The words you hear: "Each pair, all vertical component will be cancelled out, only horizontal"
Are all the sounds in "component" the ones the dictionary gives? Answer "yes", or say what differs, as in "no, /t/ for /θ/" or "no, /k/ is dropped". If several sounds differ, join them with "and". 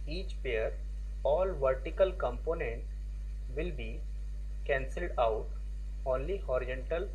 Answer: yes